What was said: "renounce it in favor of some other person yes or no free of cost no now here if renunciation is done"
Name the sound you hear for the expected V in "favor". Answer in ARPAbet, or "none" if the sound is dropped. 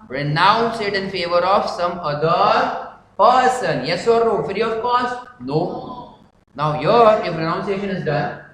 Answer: V